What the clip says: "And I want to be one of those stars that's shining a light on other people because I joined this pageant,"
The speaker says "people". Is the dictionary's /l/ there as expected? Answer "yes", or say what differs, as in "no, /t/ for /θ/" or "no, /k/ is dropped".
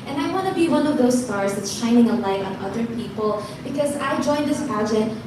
yes